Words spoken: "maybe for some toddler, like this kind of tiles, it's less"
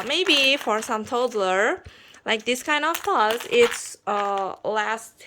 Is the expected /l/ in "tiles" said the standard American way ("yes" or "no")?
no